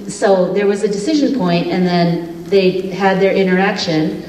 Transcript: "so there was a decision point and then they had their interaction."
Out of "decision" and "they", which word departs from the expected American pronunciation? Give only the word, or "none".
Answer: none